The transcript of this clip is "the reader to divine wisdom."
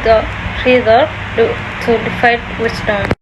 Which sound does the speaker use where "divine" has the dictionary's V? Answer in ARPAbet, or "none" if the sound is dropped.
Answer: F